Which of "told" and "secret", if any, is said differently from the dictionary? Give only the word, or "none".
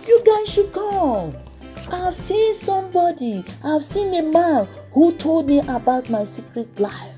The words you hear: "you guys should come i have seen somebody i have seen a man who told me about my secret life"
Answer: none